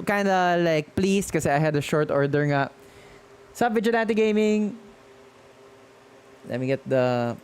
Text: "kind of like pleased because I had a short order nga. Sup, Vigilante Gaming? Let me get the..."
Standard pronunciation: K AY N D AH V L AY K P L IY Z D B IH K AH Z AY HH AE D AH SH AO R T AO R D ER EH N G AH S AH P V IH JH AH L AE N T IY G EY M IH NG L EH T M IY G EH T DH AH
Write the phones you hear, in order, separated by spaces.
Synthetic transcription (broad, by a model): K AY N D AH L AY K P L IY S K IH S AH AY HH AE D AH SH AO R T AO R D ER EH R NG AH S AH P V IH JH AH N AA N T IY G EY M IH NG L EH T M IY G EH T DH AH